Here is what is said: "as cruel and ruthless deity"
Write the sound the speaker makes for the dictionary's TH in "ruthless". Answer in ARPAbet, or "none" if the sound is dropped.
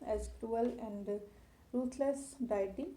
T